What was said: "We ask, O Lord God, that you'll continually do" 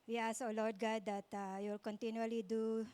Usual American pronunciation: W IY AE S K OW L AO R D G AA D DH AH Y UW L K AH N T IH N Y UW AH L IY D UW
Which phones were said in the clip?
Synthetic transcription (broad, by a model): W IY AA S OW L AO R D G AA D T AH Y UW L K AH N T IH N Y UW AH L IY D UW